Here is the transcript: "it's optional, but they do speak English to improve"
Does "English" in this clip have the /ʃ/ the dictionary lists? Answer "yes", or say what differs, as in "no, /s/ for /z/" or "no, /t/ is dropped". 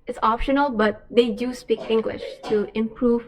yes